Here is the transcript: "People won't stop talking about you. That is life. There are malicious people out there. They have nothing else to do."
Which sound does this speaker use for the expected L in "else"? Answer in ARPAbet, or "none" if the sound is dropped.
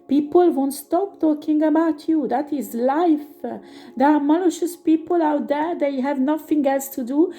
L